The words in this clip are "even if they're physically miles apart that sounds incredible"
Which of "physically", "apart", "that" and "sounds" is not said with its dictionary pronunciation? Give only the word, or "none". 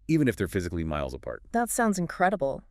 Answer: none